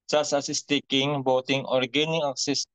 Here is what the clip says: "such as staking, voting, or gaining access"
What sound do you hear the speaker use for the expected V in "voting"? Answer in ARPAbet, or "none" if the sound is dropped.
B